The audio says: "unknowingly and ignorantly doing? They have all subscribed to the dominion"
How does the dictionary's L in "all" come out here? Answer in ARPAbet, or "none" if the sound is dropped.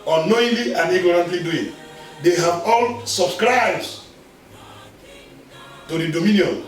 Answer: L